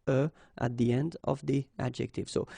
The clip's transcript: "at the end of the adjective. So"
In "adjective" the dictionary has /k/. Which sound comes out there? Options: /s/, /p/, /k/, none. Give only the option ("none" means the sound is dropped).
/k/